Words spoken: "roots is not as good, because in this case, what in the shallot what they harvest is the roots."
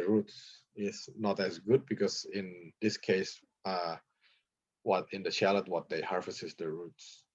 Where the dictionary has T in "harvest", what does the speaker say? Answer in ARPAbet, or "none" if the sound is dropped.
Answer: none